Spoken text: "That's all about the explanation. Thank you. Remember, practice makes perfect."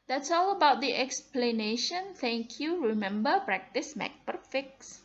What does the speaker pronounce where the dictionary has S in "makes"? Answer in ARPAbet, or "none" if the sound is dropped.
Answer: none